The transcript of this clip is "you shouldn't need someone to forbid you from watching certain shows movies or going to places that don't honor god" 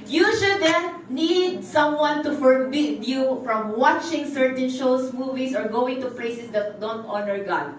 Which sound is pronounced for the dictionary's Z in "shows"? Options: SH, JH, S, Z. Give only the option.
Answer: S